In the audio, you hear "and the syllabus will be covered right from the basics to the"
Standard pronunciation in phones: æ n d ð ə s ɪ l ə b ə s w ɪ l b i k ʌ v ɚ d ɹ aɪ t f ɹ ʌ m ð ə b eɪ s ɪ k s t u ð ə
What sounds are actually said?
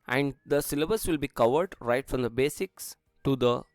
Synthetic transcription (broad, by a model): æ n d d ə s ɪ l ə b ə s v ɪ l b i k ʌ v ɚ d ɹ aɪ t f ɹ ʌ m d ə b eɪ s ɪ k s t u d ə